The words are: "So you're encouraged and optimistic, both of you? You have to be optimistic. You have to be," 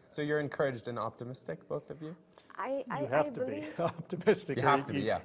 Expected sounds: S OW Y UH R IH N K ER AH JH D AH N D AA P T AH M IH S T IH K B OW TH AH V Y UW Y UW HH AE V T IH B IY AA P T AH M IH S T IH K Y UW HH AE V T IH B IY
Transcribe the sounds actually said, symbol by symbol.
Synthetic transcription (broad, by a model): S OW Y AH R IH N K ER AH JH D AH N AA P T AH M IH S T IH K B OW TH AH V Y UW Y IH HH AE F T IH B IY AA P T AH M IH S T IH K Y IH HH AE F T IH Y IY